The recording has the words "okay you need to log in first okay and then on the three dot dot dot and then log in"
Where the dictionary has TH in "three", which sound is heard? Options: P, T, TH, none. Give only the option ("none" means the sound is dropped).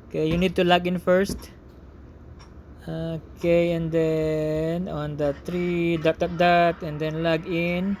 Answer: T